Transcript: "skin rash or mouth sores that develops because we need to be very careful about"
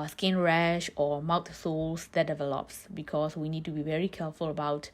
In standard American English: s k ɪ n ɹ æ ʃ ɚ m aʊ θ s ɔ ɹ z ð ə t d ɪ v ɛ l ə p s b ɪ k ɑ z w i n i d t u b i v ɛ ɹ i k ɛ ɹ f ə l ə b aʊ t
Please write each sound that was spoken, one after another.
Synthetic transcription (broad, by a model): s k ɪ n ɹ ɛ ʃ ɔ m aʊ t s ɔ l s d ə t d ɪ v ɛ l ə p s b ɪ k ɑ s w i n i d t u b i v ɛ ɹ i k ɛ f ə l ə b aʊ t